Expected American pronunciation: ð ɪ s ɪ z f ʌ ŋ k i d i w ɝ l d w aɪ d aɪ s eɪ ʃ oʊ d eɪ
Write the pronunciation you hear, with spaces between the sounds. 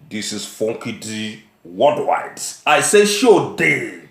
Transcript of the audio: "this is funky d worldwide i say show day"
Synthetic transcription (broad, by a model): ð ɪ s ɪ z f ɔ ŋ k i d i w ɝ d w aɪ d aɪ s eɪ ʃ oʊ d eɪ